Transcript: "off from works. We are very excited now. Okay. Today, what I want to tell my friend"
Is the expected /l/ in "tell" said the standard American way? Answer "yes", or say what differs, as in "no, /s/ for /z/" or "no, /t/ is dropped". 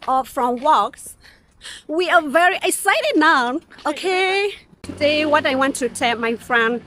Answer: no, /n/ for /l/